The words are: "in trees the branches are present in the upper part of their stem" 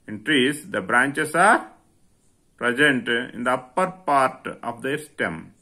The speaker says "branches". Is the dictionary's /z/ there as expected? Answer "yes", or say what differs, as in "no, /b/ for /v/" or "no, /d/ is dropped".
no, /s/ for /z/